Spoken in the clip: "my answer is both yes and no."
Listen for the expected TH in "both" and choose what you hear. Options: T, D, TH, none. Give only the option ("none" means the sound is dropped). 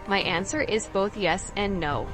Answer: TH